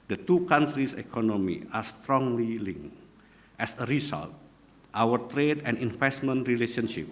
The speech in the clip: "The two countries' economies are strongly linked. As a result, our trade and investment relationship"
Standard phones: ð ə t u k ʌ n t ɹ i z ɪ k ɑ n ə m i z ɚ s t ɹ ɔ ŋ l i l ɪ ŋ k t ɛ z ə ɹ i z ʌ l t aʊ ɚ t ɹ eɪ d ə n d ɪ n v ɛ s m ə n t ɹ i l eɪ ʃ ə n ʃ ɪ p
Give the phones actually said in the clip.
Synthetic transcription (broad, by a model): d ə t u k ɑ n t ɹ i s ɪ k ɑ n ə m i ɑ s t ɹ ɔ ŋ l i l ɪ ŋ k t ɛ s ə ɹ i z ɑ l t aʊ ɚ t ɹ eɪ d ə n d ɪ n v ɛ s m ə n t ɹ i l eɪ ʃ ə n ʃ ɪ p